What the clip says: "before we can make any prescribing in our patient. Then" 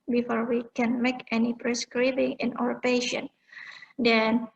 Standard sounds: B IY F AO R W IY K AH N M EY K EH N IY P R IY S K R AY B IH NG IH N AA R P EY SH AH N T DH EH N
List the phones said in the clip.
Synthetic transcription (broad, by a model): B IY F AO R W IY K AH N M EY K EH N IY P R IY S K R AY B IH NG IH N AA W P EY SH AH N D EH N